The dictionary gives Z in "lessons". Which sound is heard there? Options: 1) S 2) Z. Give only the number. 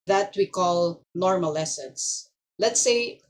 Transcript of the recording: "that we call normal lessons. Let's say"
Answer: 1